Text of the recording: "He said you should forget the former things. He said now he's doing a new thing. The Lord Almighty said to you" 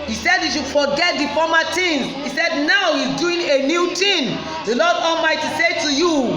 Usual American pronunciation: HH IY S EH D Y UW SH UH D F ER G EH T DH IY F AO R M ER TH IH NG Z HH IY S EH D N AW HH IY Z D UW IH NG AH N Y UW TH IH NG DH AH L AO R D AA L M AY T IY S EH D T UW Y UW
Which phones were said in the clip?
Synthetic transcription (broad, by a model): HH IY S EH D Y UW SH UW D F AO G EH T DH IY F AO M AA T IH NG HH IY S EH D N AW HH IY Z D UW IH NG AH N Y UW T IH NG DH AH L AO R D AA L M AY T IY S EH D T UW Y UW